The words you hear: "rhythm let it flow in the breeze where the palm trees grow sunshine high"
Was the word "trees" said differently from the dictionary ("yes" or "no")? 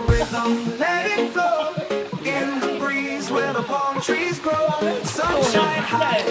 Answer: no